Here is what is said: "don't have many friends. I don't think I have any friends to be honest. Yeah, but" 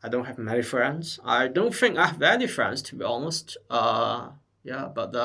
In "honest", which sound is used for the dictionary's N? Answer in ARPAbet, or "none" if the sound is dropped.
L